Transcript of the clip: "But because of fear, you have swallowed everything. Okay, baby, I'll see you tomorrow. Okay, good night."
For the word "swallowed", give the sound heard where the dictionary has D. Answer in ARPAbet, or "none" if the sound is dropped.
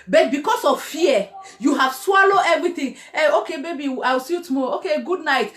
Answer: none